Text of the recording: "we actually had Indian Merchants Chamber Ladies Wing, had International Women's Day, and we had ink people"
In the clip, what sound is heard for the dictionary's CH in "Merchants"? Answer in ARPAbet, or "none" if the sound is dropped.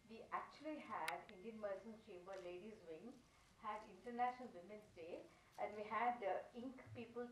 S